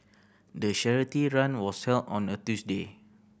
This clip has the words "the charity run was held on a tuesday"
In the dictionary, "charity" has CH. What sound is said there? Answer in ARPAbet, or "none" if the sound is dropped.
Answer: SH